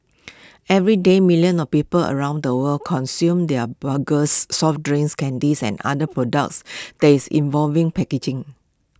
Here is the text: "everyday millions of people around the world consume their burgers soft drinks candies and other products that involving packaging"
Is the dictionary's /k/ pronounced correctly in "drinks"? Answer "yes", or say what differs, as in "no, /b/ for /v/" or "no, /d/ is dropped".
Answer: no, /k/ is dropped